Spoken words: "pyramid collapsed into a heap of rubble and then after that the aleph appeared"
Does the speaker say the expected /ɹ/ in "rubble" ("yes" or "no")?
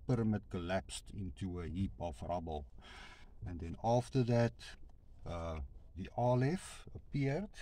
yes